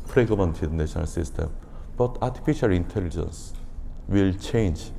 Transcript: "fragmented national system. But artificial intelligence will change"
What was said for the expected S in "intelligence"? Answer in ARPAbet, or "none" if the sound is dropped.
S